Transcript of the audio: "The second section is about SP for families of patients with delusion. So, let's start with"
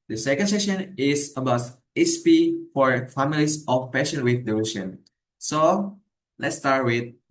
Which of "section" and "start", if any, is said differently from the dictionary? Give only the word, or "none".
section